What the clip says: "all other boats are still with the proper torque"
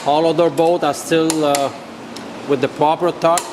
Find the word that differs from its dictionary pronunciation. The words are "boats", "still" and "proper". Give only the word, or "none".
boats